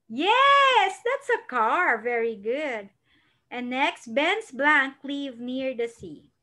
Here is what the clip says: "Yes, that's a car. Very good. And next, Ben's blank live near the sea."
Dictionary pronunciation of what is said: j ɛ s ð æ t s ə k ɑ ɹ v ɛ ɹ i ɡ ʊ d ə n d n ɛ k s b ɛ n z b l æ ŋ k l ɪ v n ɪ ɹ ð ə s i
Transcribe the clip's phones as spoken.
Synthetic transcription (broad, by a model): j ɛ s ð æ t s ə k ɑ ɹ v ɛ ɹ i ɡ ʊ d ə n n ɛ k s b ɛ n s b l æ ŋ k l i v n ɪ ɹ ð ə s i